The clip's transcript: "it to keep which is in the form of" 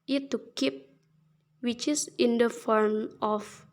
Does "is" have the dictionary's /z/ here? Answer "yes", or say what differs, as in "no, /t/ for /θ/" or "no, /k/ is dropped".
no, /s/ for /z/